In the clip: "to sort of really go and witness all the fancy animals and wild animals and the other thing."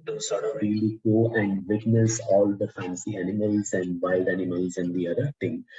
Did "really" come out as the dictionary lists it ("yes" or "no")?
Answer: yes